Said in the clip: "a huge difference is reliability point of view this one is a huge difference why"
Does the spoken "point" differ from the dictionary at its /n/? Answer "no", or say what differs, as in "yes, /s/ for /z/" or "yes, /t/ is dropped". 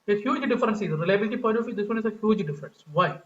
yes, /n/ is dropped